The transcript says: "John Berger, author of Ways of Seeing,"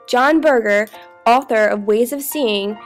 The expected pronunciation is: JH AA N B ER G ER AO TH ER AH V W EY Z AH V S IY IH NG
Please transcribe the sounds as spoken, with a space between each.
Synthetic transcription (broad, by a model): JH AA N B ER G ER AO TH ER AH V W EY Z AH V S IY IH NG